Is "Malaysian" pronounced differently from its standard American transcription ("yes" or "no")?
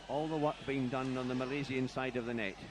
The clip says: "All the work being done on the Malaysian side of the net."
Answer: yes